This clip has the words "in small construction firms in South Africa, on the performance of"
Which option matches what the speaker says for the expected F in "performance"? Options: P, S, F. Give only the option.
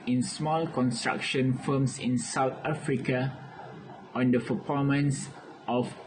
P